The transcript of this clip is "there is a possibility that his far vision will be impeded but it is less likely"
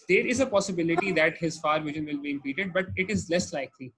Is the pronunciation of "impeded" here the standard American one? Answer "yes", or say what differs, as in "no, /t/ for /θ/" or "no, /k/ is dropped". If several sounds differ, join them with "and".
no, /m/ is dropped